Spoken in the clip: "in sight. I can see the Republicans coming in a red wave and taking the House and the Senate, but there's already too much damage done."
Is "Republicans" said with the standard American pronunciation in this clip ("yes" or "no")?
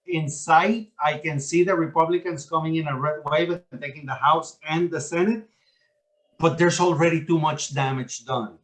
no